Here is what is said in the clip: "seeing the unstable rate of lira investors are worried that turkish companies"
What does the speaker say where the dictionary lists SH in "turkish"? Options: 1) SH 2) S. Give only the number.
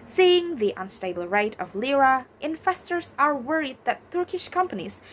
1